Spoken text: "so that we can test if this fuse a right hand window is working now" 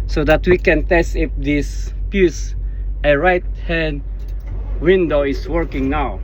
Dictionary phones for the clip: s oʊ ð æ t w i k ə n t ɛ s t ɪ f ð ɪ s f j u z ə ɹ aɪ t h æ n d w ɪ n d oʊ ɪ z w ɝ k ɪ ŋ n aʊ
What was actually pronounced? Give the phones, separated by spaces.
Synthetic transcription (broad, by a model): s oʊ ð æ t w i k ə n t ɛ s t ɪ f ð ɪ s p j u s ə ɹ aɪ t h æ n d w ɪ n d oʊ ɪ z w ɝ k ɪ ŋ n aʊ